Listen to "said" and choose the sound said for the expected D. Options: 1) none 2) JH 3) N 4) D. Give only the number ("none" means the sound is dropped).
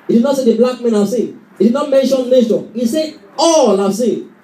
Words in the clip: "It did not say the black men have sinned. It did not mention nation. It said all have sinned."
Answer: 1